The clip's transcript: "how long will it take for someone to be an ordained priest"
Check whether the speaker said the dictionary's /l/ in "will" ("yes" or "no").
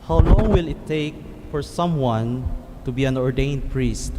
yes